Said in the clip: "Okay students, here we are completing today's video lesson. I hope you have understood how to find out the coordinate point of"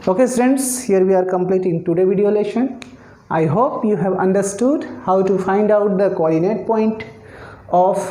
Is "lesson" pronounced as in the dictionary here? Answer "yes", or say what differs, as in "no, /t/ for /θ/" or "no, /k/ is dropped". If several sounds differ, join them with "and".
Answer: no, /ʃ/ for /s/